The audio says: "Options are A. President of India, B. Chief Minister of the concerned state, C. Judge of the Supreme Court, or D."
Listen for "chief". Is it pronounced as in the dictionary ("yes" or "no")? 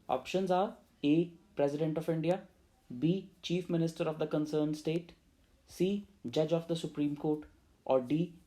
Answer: yes